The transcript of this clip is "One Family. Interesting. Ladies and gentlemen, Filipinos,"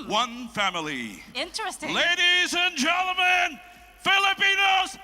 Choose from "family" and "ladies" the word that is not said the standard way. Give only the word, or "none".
none